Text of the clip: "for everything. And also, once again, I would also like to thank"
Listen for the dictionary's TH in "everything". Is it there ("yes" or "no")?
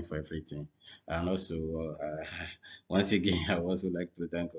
no